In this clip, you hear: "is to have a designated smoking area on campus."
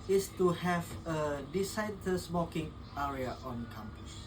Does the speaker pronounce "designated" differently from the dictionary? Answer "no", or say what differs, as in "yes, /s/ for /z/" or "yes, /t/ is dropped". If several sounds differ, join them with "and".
yes, /s/ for /z/